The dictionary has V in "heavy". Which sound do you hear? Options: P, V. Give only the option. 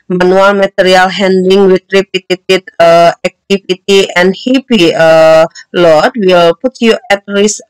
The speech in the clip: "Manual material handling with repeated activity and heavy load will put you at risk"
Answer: P